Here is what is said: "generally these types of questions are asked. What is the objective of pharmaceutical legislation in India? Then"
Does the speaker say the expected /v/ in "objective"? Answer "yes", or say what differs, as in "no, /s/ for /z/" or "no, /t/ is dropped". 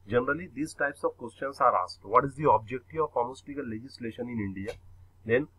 no, /v/ is dropped